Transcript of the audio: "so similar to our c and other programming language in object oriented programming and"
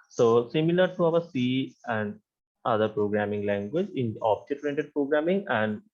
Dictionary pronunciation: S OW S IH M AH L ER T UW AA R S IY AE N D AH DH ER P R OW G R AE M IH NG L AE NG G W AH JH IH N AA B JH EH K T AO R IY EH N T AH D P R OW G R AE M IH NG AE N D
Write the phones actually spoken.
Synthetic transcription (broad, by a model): S OW S IH M AH L ER T UW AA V S IY AE N D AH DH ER P R OW G R AE M IH NG L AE NG G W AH JH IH N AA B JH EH T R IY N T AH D P R OW G R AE M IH NG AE N D